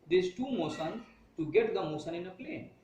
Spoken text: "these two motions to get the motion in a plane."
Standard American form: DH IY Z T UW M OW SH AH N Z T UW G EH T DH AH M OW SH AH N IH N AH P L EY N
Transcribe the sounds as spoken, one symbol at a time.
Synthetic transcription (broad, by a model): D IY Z T UW M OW S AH N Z T UW G EH T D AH M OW S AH N IH N AH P L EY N